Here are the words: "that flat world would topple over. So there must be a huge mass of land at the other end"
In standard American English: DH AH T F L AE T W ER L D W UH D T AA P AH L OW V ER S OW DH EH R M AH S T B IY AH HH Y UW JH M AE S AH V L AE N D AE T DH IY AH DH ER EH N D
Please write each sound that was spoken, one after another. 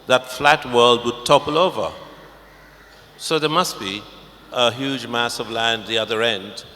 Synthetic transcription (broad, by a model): DH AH T F L AE T W ER L D W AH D T AA P AH L OW V ER S OW DH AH R M AH S T B IY AH HH Y UW JH M AE S AH V L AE N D DH IY AH DH ER EH N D